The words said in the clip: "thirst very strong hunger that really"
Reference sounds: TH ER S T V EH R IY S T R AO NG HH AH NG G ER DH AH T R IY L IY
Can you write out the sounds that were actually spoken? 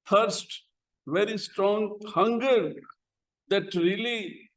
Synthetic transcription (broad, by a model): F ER S T V EH R IY S T R AO NG HH AH NG G ER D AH T R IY L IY